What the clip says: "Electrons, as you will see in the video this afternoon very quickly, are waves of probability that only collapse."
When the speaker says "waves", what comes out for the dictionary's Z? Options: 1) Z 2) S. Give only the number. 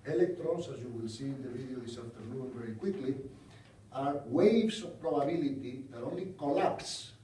2